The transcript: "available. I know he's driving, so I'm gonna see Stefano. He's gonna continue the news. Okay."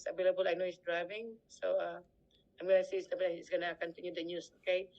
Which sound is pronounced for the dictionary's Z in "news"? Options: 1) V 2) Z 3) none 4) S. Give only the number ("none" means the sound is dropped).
4